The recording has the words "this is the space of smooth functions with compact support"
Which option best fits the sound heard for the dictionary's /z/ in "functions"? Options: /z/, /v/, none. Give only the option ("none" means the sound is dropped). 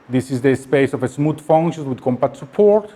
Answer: none